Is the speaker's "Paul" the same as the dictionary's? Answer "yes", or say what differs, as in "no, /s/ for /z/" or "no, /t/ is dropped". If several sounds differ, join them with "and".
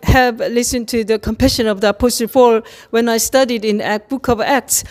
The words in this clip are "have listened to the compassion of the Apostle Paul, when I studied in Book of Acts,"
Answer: no, /f/ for /p/